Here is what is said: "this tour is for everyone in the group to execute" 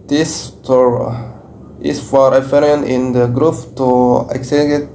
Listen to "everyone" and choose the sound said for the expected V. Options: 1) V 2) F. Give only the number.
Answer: 2